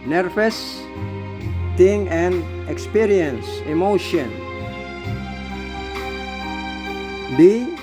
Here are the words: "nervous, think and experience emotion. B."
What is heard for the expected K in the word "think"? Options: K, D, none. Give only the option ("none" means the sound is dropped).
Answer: none